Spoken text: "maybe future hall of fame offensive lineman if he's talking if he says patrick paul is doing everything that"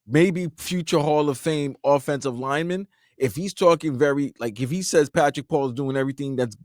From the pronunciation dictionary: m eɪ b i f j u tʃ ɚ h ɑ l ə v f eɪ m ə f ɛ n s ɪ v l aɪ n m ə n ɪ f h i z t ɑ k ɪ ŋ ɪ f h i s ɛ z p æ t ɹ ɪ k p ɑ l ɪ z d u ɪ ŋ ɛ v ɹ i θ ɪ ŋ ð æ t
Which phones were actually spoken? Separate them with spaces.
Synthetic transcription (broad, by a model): m eɪ b i f j u tʃ ɚ h ɑ l ə v f eɪ m ə f ɛ n s ɪ v l aɪ n m ə n ɪ f h i z t ɑ k ɪ ŋ ɪ f h i s ɛ z p æ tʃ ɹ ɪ k p ɑ l z d u ɪ ŋ ɛ v ɹ i θ ɪ ŋ ð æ t